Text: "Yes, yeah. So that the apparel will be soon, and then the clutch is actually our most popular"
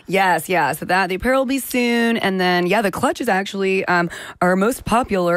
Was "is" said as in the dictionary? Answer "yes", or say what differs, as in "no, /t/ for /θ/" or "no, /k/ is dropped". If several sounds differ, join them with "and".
yes